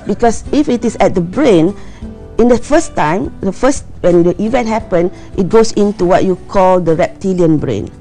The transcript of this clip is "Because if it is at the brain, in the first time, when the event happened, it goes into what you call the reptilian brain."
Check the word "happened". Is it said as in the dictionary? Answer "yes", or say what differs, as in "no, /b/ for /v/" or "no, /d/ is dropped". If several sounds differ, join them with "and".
no, /d/ is dropped